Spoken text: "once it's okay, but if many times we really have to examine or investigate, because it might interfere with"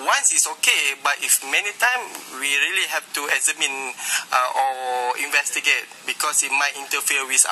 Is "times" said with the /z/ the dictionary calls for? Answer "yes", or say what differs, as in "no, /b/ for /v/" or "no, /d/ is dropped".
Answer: no, /z/ is dropped